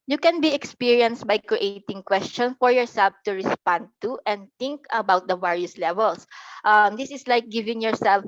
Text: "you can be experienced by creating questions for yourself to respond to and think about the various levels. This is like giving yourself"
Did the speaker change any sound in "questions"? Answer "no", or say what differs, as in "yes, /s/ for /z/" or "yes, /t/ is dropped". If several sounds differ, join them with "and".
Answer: yes, /z/ is dropped